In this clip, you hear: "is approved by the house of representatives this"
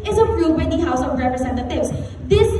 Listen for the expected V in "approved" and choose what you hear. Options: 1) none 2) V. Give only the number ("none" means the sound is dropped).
1